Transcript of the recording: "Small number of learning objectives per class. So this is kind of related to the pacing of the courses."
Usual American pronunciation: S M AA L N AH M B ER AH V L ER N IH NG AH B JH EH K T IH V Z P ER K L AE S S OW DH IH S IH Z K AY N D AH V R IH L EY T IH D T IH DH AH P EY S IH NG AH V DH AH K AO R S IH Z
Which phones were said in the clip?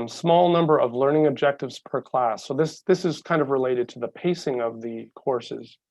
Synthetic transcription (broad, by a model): S M AA L N AH M B ER AH V L ER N IH NG AH B JH EH K T IH V Z P ER K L AE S S OW DH IH S IH Z K AY N D AH V R IH L EY T IH D T IH DH AH P EY S IH NG AH V DH AH K AO R S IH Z